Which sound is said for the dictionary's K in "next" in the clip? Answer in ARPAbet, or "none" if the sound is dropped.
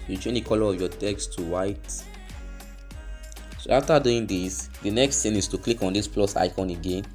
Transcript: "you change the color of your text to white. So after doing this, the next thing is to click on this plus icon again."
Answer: K